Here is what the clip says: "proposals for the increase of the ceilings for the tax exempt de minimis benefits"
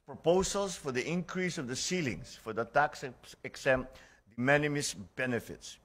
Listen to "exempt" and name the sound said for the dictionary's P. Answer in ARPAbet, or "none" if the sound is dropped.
none